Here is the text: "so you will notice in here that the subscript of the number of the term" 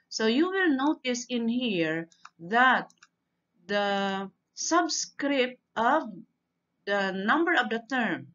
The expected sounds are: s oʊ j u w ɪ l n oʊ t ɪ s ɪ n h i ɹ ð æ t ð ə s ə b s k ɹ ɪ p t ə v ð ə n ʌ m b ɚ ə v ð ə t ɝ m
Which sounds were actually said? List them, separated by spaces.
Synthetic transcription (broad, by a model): s oʊ j u w ɪ l n oʊ t ɪ s ɪ n h i ɹ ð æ t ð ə s ə b s k ɹ ɪ p t ə v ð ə n ʌ m b ɚ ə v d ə t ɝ m